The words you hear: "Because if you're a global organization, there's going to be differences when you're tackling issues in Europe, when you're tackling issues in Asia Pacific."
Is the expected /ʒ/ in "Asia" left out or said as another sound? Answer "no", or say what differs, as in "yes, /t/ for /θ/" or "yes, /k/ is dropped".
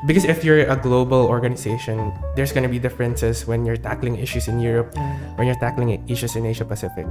yes, /ʃ/ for /ʒ/